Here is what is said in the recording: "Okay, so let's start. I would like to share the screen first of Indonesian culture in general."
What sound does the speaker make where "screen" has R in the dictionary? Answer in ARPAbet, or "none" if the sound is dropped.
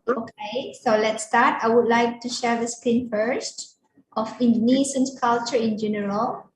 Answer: none